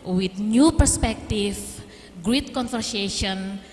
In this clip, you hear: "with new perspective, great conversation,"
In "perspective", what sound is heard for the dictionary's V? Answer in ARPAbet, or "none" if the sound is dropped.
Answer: F